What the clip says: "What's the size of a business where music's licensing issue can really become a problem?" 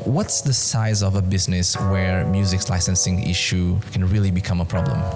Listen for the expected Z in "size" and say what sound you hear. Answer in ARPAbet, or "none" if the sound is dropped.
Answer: Z